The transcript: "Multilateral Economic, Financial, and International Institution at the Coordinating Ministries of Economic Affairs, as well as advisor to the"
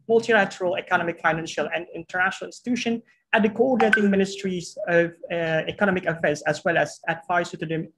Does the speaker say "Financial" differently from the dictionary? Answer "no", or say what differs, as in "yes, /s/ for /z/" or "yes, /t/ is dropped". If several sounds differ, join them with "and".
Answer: no